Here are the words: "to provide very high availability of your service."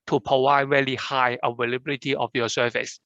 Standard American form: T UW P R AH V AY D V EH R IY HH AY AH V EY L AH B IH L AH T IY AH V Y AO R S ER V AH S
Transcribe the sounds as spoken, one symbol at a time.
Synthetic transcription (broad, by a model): T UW P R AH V AY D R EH L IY HH AY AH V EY L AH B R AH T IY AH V Y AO S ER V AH S